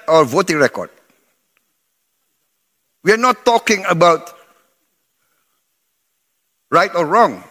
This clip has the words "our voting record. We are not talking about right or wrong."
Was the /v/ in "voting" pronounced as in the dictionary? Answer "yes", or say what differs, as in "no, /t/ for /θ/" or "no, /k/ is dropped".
yes